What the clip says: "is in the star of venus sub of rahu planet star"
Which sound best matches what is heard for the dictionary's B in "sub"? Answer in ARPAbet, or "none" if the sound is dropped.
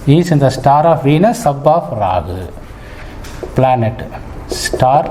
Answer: B